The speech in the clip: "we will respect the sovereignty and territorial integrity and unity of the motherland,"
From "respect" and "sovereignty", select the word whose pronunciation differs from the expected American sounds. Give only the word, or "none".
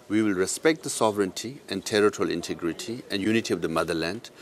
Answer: none